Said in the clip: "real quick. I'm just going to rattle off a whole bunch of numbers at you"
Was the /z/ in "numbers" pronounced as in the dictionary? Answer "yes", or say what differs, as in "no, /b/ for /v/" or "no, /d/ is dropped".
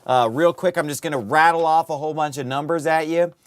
yes